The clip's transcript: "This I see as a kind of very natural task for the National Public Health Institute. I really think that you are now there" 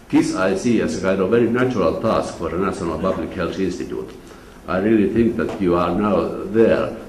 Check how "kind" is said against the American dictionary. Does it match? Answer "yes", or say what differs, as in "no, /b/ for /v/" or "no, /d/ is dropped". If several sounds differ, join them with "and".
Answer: no, /n/ is dropped